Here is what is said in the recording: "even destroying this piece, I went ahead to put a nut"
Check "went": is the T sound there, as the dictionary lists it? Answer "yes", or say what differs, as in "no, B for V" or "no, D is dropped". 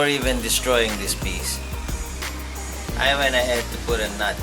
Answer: no, T is dropped